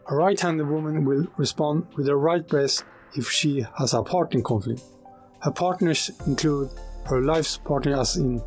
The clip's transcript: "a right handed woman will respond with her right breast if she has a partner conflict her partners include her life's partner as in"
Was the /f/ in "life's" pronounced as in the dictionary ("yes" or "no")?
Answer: yes